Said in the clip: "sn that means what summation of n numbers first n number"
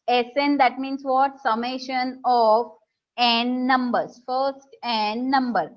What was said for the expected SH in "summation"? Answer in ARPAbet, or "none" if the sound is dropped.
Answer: SH